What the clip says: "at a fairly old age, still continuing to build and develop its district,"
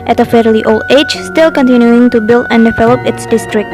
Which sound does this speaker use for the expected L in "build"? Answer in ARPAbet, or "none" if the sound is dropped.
L